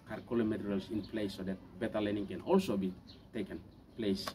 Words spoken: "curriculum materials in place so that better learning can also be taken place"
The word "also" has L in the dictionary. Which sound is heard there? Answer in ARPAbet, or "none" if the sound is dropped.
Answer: L